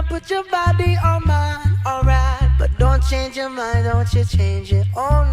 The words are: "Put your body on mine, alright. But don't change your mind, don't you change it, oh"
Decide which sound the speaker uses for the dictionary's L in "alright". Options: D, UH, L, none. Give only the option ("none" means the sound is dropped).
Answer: L